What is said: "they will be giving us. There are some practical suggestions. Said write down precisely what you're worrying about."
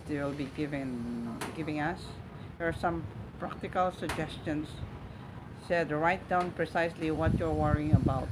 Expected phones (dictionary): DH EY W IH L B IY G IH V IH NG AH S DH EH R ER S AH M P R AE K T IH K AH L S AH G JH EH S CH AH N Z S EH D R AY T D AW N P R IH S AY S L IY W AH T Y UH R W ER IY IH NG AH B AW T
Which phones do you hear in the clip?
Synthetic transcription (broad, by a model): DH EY W IH L B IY G IH V IH NG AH S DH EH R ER S AH M P R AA K T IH K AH L S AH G JH EH S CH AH N S EH D R AY T D AW N P R IH S AY S L IY W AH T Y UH R W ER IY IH NG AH B AW T